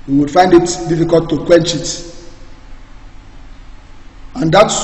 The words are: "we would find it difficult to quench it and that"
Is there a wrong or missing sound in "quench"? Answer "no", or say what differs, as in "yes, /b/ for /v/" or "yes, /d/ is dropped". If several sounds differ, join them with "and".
no